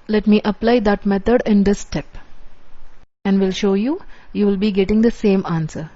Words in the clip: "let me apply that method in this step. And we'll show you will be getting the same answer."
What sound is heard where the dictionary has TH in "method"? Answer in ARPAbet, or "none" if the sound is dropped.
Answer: T